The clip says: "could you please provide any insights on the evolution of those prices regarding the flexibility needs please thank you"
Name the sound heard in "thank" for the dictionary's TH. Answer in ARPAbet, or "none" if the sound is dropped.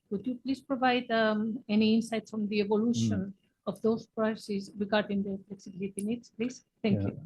T